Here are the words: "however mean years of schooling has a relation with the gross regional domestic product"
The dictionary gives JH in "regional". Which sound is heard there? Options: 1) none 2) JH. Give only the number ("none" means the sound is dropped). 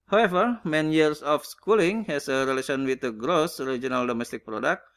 2